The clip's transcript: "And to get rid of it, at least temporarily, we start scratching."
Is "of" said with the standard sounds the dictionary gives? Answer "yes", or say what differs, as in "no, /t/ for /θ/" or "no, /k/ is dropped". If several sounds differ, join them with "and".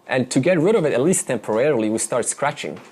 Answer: yes